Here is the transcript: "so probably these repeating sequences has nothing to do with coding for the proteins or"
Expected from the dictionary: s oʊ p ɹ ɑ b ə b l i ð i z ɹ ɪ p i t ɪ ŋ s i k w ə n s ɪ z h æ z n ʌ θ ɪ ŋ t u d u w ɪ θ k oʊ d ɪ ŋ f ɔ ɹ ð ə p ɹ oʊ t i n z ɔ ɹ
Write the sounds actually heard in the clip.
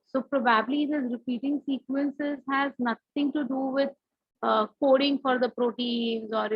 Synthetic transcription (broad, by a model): s oʊ p ɹ ɑ b ə b l i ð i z ɹ ɪ p i t ɪ ŋ s i k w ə n s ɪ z h æ z n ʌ t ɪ ŋ t u d u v ɪ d k oʊ d ɪ ŋ f ɔ ɹ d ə p ɹ oʊ t i n z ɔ ɹ